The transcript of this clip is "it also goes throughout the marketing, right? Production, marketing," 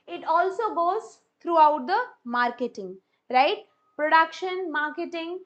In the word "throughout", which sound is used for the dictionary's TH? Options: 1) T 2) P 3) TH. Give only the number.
1